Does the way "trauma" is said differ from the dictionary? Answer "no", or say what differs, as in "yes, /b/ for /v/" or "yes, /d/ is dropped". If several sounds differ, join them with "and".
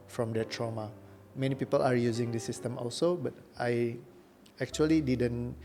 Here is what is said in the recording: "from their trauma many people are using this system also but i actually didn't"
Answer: no